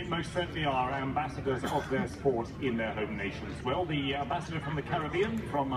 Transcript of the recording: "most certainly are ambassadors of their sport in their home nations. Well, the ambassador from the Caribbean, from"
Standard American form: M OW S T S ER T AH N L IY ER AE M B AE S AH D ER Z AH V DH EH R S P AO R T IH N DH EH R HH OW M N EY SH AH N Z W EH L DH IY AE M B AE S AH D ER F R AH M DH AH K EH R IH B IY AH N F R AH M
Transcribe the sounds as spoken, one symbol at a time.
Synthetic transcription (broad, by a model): M OW S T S ER T N L IY ER AE M B AE S AH D ER Z AH V DH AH R S P AO R T IH N DH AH R HH OW M N EY SH AH N Z W EH L DH IY AE M B AE S AH D ER F R AH M DH AH K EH R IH B IY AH N F R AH M